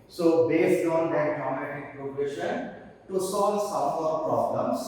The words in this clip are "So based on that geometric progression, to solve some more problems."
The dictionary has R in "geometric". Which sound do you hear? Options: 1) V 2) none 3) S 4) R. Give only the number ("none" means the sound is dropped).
2